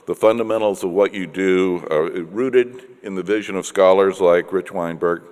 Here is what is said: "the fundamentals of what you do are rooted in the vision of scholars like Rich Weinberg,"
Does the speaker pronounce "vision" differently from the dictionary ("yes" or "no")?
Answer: no